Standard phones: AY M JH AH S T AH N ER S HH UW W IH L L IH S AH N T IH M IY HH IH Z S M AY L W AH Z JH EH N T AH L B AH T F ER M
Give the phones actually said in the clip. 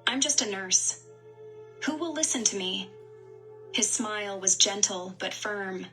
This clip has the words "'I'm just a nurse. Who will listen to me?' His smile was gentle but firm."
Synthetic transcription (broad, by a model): AY M JH AH S T AH N ER S HH UW W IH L L IH S AH N T IH M IY HH IH Z S M AY L W AH Z JH EH N T L B AH T F ER M